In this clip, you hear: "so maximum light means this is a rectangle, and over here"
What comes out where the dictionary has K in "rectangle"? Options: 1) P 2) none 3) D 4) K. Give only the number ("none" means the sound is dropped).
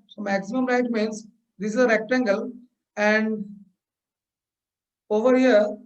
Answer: 4